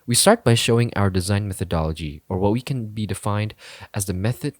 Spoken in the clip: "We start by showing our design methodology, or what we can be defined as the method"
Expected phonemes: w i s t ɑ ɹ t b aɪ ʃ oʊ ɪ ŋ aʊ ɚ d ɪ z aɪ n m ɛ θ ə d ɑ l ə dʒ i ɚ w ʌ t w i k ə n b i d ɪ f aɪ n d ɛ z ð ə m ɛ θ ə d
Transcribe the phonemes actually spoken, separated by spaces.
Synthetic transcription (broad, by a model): w i s t ɑ ɹ t b aɪ ʃ oʊ ɪ ŋ aʊ ɚ d ɪ z aɪ n m ɛ θ ə d ɑ l ə dʒ i ɚ w ʌ t w i k ə n b i d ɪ f aɪ n d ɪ z ð ə m ɛ θ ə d